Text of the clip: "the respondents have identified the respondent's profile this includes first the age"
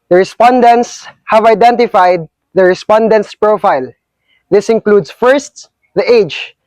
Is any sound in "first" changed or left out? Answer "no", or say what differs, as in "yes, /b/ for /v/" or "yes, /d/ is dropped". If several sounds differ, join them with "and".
no